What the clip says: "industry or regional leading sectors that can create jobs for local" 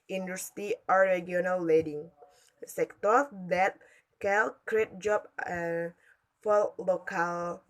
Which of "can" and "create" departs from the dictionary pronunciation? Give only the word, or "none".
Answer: can